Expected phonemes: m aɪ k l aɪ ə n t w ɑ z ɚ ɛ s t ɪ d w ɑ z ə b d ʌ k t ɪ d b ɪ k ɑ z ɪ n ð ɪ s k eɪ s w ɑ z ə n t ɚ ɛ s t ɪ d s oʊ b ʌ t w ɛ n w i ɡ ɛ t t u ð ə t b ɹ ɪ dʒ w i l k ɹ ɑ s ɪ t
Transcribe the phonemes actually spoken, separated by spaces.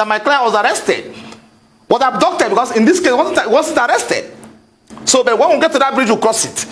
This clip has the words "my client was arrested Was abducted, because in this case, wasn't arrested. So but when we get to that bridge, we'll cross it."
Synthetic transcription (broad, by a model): m aɪ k l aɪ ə w ɑ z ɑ ɛ s t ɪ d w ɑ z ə d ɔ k t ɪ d b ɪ k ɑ s ɪ n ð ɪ s k eɪ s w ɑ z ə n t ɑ ɛ s t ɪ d s oʊ b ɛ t w ɛ n w i ɡ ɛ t t u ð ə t b ɹ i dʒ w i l k ɹ ɑ s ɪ t